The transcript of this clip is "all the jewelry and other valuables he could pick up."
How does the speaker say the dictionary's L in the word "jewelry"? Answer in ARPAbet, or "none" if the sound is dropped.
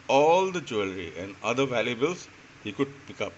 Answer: L